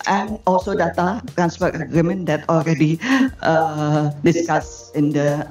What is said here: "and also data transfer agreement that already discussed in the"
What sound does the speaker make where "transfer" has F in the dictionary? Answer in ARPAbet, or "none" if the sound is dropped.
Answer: P